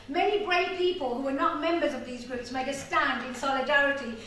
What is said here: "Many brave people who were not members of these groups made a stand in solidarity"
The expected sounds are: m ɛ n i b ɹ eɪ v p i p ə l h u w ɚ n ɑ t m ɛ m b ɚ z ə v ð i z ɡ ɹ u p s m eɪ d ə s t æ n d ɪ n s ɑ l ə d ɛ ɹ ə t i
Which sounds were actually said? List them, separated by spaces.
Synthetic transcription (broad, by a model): m ɛ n i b ɹ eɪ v p i p ə l h u w ɚ n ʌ t m ɛ m b ɚ z ə v ð i z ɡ ɹ u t s m eɪ d ə s t æ n d ɪ n s ɑ l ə d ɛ ɹ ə t i